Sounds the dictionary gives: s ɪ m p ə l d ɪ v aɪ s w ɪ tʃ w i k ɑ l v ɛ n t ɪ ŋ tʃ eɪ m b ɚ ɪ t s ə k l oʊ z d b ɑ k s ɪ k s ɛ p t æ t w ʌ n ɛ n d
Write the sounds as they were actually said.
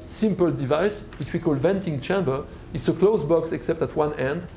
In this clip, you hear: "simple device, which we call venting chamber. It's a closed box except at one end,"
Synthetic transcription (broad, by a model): s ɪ m p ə l d ɪ v aɪ s w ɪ tʃ w i k ɑ l v ɛ n t ɪ ŋ tʃ eɪ m b ɚ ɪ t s ə k l oʊ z b ɑ k s ɪ k s ɛ p t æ t w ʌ n ɛ n d